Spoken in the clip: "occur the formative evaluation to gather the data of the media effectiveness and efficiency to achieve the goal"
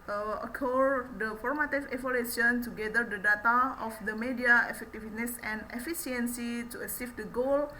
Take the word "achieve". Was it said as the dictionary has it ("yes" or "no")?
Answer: no